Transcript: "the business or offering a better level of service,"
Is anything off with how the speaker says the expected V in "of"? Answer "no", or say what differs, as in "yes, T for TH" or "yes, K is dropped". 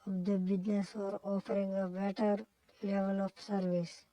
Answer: yes, P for V